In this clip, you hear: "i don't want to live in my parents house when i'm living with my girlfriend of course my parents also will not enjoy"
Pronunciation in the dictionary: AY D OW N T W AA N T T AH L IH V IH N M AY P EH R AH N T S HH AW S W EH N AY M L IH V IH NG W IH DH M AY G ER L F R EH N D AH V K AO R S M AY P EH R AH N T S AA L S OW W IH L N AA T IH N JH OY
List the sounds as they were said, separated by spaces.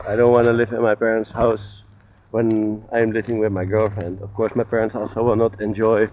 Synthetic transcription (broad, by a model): AY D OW N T W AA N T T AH L IH V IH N M AY P EH R AH N T S HH AW S W EH N AY M L IH V IH NG W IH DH M AY G ER L F R EH N D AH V K AO R S M AY P EH R AH N T S AA L S OW W IH L N AA T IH N JH OY